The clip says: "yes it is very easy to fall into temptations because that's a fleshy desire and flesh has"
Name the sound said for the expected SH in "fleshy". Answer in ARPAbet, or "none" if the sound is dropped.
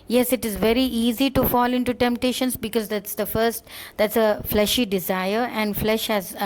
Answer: SH